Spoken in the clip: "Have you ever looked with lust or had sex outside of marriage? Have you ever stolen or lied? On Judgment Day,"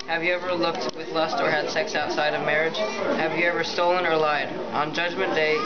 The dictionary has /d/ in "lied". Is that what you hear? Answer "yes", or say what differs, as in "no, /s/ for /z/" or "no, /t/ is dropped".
yes